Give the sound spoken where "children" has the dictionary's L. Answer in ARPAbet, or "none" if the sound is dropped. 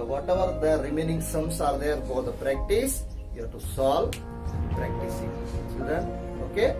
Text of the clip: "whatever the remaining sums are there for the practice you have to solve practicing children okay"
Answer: none